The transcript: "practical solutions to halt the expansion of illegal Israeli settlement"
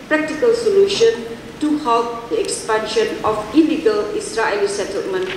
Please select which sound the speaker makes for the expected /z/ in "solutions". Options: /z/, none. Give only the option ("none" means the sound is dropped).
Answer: none